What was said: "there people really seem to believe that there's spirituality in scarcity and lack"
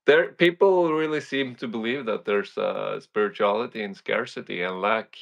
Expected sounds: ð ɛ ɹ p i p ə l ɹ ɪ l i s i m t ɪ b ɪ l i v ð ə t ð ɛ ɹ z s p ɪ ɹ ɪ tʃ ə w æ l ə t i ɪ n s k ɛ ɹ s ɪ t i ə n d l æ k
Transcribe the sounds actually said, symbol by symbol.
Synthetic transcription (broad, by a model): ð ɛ ɹ p i p l ɹ ɪ l i s i m t ɪ b ɪ l i v ð ə t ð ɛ ɹ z s p ɪ ɹ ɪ tʃ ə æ l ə t i ɪ n s k ɛ ɹ s ɪ t i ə n l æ k